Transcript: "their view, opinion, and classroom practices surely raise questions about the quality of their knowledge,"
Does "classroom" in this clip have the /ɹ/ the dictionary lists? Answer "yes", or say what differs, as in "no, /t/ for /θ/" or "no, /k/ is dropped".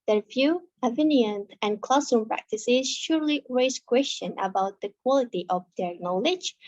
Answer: no, /ɹ/ is dropped